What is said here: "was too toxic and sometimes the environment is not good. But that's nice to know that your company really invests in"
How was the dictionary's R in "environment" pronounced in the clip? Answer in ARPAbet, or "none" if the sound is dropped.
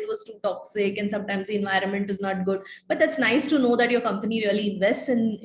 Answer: R